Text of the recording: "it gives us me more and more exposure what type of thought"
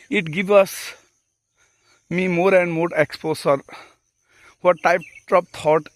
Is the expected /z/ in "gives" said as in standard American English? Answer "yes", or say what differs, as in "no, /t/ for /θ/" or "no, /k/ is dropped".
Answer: no, /z/ is dropped